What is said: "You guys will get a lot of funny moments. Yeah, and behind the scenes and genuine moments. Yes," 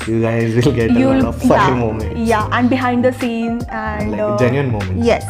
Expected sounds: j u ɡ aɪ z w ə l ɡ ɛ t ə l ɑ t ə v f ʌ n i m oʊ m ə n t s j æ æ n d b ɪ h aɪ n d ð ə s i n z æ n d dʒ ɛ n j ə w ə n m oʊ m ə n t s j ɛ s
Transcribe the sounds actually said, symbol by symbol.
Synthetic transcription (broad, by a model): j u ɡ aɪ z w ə l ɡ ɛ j ə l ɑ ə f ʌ i m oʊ m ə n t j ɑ æ n d b ɪ h aɪ n d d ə s i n æ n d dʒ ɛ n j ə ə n m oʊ m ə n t j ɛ s